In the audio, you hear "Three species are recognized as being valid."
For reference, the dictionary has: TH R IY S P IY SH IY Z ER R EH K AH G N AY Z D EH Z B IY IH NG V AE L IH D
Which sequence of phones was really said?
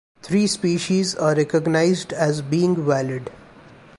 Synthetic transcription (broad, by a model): T R IY S P IY SH IY Z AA R EH K AH G N AY Z D EH Z B IY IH NG V AE L IH D